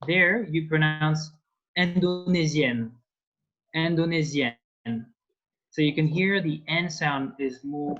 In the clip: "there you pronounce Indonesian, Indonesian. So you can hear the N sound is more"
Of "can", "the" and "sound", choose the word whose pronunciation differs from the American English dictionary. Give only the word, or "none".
none